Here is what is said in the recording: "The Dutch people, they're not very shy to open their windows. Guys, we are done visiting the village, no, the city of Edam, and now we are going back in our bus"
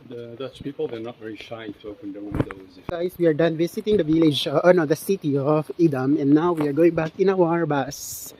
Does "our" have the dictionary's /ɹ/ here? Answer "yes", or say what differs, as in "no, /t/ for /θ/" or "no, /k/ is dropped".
yes